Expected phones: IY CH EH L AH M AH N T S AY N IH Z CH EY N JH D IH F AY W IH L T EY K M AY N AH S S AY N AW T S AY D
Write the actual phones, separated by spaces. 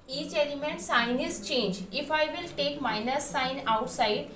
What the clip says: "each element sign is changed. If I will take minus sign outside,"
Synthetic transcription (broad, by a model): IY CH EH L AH M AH N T S AY N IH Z CH EY N JH IH F AY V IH L T EY K M AY N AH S S AY N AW T S AY D